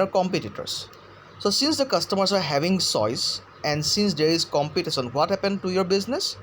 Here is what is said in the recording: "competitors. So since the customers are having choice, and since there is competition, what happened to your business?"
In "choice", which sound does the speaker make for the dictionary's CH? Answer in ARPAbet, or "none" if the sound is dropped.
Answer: S